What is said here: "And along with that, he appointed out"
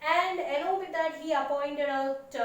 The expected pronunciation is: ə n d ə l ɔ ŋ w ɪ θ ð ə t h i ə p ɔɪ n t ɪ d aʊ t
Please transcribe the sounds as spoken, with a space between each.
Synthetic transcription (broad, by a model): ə n d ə n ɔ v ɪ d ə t h i ə p ɔɪ n t ɪ d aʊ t